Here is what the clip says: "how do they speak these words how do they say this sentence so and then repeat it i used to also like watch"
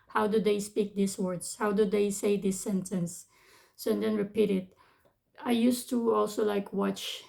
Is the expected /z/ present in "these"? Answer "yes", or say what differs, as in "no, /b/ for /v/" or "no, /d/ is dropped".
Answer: no, /s/ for /z/